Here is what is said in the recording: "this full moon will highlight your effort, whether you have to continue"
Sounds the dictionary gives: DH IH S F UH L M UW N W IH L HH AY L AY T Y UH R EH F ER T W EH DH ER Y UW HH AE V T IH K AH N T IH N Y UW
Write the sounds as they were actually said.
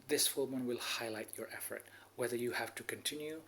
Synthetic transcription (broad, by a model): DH IH S F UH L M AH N W IH L HH AY L AY T Y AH R EH F ER T W EH DH ER Y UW HH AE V T IH K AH N T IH N Y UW